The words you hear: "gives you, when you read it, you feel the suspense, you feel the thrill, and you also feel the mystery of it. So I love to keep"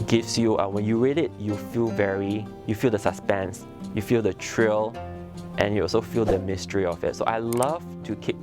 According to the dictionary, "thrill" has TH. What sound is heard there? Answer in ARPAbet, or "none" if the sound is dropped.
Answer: T